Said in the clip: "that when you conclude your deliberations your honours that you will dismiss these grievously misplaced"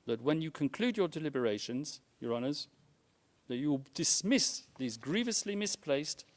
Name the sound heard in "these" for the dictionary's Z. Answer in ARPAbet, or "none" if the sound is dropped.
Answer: Z